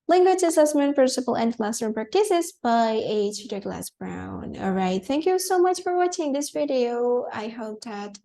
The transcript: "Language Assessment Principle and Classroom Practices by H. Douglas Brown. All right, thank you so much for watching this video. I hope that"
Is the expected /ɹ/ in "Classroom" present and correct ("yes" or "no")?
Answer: no